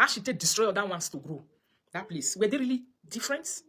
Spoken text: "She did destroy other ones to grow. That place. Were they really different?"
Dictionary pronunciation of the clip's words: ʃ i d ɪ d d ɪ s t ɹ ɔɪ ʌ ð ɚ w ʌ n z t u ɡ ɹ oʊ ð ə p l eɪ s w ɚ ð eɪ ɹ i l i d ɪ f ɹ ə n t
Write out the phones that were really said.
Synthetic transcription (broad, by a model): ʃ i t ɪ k d ɪ s t ɹ ɔɪ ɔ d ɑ w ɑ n s t u ɡ ɹ oʊ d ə p l eɪ s w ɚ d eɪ ɹ i l i d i f ɹ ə n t